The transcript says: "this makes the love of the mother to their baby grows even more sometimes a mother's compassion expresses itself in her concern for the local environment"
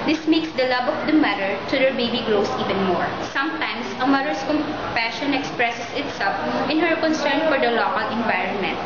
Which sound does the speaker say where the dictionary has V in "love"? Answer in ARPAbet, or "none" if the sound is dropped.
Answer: B